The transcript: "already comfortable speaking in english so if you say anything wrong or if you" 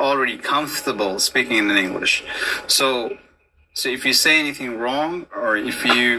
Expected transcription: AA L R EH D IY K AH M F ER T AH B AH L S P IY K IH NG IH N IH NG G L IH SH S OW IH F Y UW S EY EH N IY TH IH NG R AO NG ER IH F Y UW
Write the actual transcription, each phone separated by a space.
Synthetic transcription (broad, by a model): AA L R EH D IY K AH M F T AH B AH L S P IY K IH NG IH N IH NG G L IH SH S OW IH F Y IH S EY EH N IY TH IH NG R AO NG ER IH F Y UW